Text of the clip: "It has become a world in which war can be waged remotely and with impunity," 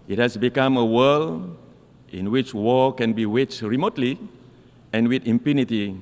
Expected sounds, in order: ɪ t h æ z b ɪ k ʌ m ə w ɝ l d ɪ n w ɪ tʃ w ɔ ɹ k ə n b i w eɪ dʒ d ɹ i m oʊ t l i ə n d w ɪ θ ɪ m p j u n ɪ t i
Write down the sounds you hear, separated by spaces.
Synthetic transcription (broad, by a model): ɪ t h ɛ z b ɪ k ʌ m ə w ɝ l ɪ n w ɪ tʃ w ɔ k ə n b i w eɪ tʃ ɹ i m oʊ t l i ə n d w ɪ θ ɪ m p j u n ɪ t i